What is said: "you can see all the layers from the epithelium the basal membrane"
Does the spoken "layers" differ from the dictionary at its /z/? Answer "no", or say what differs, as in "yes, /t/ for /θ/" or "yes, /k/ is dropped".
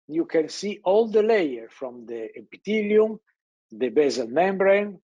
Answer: yes, /z/ is dropped